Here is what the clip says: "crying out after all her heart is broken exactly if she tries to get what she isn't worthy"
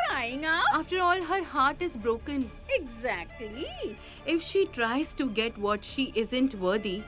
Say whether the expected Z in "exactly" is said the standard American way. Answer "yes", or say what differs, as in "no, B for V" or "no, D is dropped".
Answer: yes